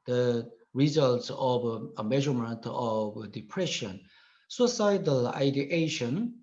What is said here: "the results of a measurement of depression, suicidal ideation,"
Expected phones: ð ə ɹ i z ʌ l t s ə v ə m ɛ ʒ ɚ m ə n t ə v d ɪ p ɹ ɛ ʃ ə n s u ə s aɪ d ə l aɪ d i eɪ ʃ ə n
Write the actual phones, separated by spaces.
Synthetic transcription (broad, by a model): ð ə ɹ i z ʌ l t s ə v ə m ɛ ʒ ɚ m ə n t ə v d ɪ p ɹ ɛ ʃ ə n s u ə s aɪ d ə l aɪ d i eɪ ʃ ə n